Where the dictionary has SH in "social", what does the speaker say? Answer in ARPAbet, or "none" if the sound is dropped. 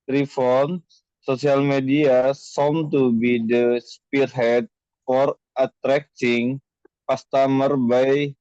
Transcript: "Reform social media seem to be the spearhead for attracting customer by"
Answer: S